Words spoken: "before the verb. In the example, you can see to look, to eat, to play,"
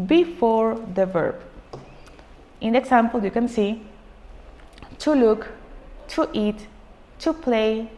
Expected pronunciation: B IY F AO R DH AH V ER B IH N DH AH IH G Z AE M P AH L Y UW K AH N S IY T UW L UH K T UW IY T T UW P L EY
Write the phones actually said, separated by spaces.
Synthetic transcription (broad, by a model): B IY F AO R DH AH V ER B IH N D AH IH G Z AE M P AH L Y UW K AH N S IY T UW L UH K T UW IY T T UW P L EY